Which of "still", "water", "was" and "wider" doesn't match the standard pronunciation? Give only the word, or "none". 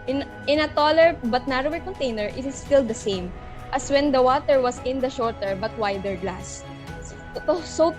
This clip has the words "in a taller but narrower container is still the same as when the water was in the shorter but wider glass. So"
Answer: was